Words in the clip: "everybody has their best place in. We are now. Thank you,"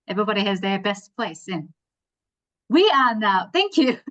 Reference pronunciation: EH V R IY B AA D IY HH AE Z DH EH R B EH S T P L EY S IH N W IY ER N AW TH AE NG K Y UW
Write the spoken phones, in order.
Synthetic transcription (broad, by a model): EH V R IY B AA D IY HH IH Z DH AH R B EH S T P L EY S IH N W IY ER N AW TH AE NG K Y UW